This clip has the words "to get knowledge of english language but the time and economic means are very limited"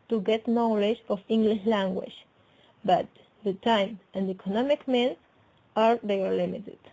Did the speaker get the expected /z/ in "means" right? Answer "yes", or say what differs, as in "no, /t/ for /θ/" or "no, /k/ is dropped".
no, /z/ is dropped